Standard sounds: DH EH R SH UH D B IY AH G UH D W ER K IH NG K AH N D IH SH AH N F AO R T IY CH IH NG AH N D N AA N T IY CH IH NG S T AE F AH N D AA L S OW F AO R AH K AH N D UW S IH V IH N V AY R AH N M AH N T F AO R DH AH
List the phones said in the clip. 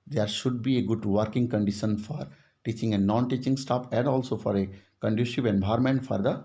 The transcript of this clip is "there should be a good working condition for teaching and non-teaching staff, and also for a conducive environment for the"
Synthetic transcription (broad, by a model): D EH R SH UH D B IY AH G UH D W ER K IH NG K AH N D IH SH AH N F AO R T IY CH IH NG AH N N AA N T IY CH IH NG S T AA P AH N D AA L S OW F AO R AH K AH N D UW SH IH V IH N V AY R M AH N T F AO R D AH